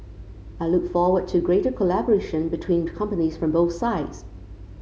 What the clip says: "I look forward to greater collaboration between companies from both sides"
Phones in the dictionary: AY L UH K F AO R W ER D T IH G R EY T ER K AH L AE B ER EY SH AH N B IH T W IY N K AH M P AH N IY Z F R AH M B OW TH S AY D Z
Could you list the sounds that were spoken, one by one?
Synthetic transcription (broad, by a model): AY L UH K F AO R W ER D T IH G R EY T ER K AH L AE B ER EY SH AH N B IH T W IY N K AH M P AH N IY Z F R AH M B OW TH S AY D Z